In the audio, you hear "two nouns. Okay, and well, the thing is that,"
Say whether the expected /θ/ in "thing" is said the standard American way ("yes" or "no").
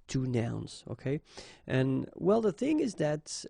yes